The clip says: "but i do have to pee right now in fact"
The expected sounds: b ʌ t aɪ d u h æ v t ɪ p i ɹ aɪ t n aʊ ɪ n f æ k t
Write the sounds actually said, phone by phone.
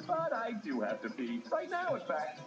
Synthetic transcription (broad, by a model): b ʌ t aɪ d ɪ h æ f t ɪ b i ɹ aɪ t n aʊ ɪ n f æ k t